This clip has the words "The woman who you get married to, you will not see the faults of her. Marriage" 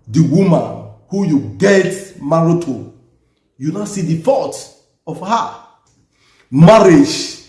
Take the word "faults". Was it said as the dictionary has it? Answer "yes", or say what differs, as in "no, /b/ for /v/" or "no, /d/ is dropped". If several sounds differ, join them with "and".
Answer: no, /l/ is dropped and /s/ is dropped